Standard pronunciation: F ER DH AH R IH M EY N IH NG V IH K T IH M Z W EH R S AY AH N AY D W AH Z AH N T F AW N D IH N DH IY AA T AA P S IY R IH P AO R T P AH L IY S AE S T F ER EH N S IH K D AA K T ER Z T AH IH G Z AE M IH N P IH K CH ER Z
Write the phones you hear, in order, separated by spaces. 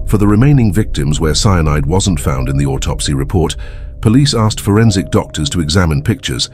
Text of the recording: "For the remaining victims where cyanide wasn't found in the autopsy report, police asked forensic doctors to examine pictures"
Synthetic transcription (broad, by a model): F ER DH AH R IH M EY N IH NG V IH K T IH M Z W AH R S AY AH N AY D W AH Z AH N T F AW N D IH N DH IY AA T AA P S IY R IH P AO R T P AH L IY S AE S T F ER EH N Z IH K D AA K T ER Z T AH IH G Z AE M IH N P IH K CH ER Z